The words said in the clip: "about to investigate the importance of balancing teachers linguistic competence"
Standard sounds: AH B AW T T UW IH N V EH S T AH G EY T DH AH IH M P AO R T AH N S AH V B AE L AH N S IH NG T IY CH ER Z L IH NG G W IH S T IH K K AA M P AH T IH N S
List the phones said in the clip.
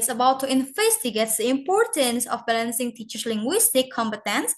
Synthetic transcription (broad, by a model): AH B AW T T UW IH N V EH S T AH G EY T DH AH IH M P AO R T AH N S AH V B AE L AH N S IH NG T IY CH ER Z L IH NG G W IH S T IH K K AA M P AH T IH N S